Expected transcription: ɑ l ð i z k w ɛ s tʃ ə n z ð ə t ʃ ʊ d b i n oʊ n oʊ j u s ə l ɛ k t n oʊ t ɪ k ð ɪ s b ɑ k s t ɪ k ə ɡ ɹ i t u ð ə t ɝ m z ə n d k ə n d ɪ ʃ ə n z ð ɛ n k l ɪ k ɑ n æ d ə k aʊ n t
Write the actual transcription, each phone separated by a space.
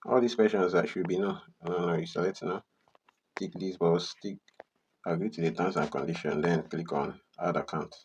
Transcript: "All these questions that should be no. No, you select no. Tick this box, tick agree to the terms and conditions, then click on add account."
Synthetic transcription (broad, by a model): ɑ l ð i s k w ɛ s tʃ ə n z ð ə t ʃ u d b i n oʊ n oʊ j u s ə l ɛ t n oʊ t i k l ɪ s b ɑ s t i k ə ɡ ɹ i t u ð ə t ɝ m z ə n k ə n d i ʃ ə n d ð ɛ n k l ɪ k ɑ n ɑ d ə k aʊ n t